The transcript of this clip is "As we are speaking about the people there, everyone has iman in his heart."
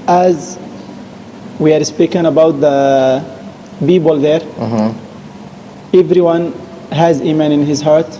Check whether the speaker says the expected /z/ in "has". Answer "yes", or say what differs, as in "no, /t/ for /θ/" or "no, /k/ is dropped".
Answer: yes